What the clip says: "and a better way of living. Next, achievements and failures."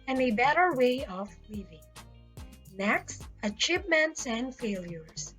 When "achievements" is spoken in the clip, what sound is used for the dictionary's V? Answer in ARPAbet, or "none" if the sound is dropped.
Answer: P